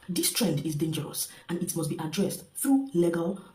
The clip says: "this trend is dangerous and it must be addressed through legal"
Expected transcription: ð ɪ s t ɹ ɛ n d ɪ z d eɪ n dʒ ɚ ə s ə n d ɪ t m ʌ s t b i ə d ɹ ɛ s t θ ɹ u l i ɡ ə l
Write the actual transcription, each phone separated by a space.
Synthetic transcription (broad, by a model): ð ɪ s t ɹ ɛ n d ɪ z d eɪ n dʒ ɚ ə s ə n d ɪ t m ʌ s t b i ə d ɹ ɛ s t θ ɹ u l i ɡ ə l